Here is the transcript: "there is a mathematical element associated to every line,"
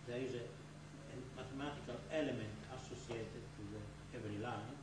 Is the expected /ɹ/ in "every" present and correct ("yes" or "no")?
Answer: no